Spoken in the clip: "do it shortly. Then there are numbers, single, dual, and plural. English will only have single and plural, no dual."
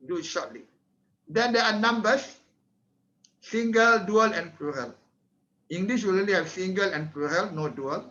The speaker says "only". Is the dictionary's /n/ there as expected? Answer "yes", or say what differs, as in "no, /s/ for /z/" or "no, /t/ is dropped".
no, /n/ is dropped